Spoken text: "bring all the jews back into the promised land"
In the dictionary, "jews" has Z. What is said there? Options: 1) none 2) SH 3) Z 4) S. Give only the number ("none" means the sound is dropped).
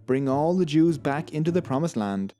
3